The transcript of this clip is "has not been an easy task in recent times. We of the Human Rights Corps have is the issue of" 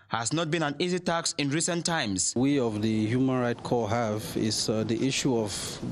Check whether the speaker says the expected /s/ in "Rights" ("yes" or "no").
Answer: no